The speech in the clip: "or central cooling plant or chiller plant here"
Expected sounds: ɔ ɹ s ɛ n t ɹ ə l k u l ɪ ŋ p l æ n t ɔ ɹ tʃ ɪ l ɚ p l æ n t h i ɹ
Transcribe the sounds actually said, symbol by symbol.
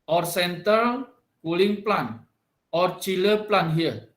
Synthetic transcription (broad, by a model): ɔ ɹ s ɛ n t ə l k u l ɪ ŋ p l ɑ n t ɔ ɹ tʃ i l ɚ p l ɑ n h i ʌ